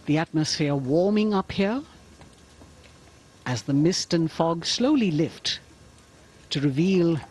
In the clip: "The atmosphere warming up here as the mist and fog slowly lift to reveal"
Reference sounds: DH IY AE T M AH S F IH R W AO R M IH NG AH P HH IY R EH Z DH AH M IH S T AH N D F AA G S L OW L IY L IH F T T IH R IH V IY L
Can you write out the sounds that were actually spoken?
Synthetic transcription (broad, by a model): DH IY AE T M AH S F IH R W AO R M IH NG AH P HH IY R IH Z DH AH M IH S T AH N F AA G S L OW L IY L IH F T T IH R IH V IY L